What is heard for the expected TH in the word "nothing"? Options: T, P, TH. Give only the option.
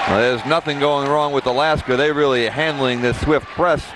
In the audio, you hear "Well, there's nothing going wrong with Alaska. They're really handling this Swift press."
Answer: TH